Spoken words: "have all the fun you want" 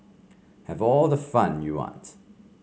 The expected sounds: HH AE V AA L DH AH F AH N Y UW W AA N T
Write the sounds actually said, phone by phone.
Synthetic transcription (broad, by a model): HH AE V AA L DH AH F AH N Y UW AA T